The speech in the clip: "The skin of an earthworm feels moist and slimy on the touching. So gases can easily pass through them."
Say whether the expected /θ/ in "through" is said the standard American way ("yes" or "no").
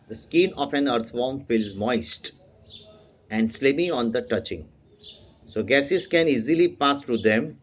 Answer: no